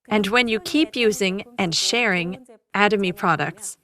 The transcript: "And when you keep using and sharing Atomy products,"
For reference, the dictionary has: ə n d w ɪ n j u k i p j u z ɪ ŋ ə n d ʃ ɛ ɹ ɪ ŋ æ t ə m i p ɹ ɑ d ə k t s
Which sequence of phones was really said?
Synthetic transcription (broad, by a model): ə n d w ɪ n j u k i p j u z ɪ ŋ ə n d ʃ ɛ ɹ ɪ ŋ æ t ə m i p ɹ ɑ d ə k t s